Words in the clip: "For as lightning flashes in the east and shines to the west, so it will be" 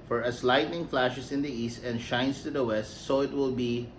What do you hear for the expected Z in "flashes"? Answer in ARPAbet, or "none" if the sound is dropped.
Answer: S